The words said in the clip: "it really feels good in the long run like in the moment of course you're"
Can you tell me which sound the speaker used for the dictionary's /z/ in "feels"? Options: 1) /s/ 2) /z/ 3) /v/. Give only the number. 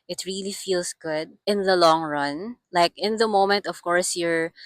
1